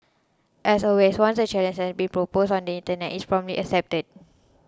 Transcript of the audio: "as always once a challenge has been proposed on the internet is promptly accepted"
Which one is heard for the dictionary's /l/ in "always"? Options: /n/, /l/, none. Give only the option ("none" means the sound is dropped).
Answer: none